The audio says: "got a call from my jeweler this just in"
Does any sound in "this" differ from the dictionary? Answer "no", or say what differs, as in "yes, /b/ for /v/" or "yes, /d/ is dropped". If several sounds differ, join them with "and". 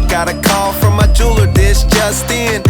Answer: yes, /ʃ/ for /s/